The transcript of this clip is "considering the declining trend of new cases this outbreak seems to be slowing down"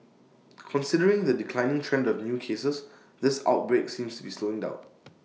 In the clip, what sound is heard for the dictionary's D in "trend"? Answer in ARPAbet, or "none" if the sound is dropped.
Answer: D